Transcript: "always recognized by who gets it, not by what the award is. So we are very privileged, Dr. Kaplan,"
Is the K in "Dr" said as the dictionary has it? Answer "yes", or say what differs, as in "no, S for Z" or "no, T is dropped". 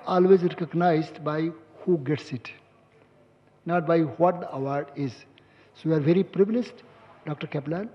yes